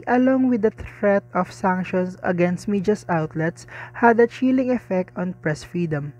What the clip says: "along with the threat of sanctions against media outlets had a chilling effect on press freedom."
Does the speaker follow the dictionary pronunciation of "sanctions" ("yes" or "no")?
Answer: no